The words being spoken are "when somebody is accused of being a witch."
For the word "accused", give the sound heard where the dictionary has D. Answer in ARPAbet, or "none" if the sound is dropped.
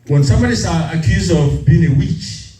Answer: none